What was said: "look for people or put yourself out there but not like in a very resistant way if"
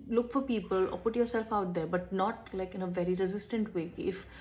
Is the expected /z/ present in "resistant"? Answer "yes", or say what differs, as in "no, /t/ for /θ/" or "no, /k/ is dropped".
yes